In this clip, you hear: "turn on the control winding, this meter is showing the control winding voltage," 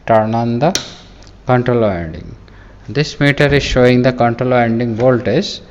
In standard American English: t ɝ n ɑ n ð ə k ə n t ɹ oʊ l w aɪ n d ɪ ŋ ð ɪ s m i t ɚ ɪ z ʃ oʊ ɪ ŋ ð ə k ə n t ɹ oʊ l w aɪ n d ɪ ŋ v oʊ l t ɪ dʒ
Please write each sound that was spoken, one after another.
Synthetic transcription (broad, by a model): t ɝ n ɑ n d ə k ə n t ɹ oʊ l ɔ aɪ n d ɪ ŋ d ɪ s m i t ɚ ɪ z ʃ oʊ ɪ ŋ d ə k ə n t ɹ oʊ l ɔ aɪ n d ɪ ŋ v oʊ l t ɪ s